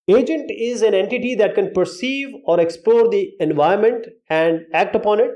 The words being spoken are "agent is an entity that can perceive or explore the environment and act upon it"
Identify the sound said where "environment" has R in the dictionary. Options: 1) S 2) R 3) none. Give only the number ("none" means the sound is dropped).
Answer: 3